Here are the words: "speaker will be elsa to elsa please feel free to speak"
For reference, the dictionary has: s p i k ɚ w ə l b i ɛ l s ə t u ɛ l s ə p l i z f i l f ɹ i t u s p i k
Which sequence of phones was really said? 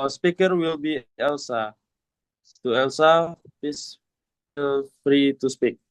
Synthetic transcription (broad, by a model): s p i k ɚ w ə l b i ɛ l s ə t u ɛ l s ə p i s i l f ɹ i t u s p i k